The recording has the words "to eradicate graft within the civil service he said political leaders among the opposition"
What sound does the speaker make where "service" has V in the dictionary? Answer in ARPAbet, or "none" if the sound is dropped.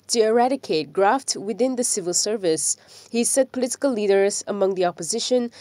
V